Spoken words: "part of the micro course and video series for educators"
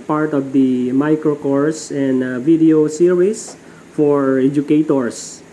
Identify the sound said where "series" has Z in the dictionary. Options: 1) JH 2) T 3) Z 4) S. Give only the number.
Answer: 4